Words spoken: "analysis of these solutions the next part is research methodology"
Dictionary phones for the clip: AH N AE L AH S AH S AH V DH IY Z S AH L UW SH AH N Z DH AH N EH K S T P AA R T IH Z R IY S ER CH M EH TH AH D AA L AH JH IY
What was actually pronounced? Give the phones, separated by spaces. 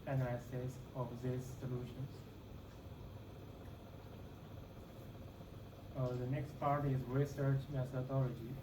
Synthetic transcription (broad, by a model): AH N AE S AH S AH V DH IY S S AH L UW SH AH N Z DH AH N EH K S T P AA R T IH Z R IY S ER CH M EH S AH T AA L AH JH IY